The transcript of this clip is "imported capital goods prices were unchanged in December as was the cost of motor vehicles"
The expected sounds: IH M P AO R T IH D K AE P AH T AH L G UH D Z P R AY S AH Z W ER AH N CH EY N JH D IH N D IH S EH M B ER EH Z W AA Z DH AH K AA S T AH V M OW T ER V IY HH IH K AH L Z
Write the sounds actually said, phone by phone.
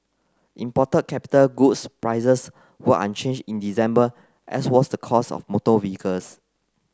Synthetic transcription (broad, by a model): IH M P AO T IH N K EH P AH T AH L G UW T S P R AY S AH S W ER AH N CH EY N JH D IH N D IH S EH M B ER EH S W AA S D AH K AA S AH F M OW T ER V IY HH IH K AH L S